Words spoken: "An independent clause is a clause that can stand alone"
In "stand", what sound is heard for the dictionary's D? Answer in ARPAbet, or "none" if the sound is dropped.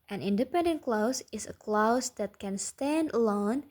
D